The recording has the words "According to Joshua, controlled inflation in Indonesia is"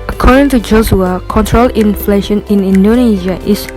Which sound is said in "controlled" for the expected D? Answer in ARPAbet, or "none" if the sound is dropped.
none